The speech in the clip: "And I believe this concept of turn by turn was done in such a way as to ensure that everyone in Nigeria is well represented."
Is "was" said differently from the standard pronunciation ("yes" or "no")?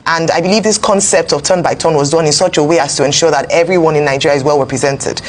no